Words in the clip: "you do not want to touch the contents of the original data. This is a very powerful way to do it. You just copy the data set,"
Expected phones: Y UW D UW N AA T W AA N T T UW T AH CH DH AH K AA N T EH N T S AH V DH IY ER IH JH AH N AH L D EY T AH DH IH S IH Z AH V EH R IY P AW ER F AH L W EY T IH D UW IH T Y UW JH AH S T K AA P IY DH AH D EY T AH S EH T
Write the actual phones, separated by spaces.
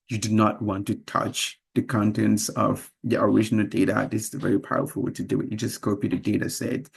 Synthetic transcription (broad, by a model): Y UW D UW N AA T W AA N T T UW T AH CH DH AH K AA N T EH N T S AH V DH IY ER IH JH AH N AH L D EY T AH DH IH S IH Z AH V EH R IY P AW ER F AH L W EY T IH D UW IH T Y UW JH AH S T K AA P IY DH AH D EY T AH S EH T